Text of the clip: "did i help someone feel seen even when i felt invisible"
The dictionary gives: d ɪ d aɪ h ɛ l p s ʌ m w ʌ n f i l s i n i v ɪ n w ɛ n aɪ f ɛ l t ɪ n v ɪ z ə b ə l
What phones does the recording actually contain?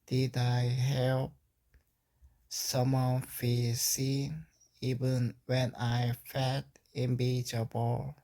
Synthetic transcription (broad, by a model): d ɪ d aɪ h ɛ l p s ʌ m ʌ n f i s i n i v ɪ n w ɛ n aɪ f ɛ t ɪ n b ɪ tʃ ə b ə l